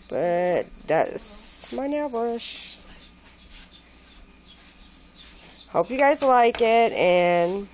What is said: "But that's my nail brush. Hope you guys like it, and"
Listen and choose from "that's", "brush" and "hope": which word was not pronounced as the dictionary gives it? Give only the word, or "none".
brush